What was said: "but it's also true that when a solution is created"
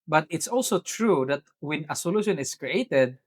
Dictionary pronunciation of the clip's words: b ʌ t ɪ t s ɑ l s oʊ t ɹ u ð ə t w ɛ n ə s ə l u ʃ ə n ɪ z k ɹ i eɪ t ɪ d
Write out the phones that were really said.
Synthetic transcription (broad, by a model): b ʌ t ɪ t s ɑ l s oʊ t ɹ u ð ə t w ɛ n ə s ə l u ʃ ə n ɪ s k ɹ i eɪ t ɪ d